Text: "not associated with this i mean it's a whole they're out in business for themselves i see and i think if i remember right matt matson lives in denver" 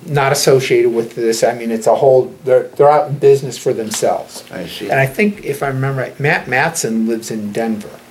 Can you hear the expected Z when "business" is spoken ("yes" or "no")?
yes